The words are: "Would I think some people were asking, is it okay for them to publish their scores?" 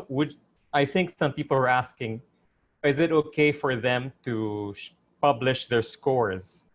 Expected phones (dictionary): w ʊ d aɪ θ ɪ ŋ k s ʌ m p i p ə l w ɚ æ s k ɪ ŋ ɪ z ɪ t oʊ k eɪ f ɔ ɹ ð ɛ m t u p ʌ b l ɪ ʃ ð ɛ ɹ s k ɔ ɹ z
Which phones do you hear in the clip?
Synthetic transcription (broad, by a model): w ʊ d aɪ θ ɪ ŋ k s ʌ m p i p ə l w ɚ æ s k ɪ ŋ ɪ z ɪ t oʊ k eɪ f ɔ ɹ ð ɛ m t u p ʌ b l ɪ ʃ ð ɛ ɹ s k ɔ ɹ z